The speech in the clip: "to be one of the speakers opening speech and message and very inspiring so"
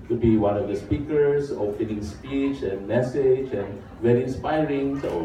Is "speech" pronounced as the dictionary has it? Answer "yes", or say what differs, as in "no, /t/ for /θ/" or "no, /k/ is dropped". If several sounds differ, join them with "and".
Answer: yes